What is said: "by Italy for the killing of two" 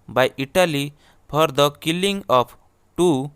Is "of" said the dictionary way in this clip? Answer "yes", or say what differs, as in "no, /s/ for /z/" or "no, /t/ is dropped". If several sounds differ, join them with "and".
no, /p/ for /v/